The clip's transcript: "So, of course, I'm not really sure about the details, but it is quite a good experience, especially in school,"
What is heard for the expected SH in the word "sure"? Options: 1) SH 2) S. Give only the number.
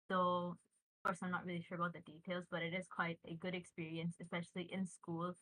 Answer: 1